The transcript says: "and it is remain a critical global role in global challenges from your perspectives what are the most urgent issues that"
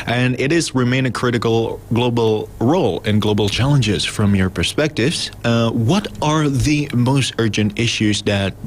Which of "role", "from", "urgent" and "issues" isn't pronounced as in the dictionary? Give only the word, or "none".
none